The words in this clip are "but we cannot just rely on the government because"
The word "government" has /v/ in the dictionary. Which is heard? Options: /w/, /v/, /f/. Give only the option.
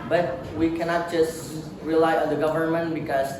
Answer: /v/